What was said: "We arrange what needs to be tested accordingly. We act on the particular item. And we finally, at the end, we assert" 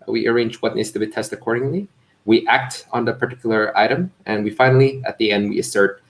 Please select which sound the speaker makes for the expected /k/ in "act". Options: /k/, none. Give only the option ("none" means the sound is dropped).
/k/